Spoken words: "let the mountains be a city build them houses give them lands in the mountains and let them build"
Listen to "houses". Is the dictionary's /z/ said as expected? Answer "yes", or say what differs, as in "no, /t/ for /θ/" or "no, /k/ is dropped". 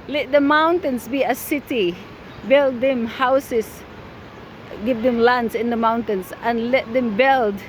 no, /s/ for /z/